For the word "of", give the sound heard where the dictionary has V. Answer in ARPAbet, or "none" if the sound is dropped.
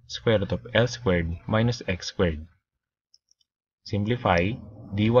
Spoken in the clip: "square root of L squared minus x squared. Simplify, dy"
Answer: P